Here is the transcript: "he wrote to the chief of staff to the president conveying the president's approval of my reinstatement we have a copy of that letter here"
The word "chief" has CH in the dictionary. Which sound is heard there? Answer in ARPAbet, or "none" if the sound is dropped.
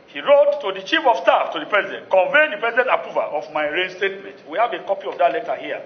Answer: CH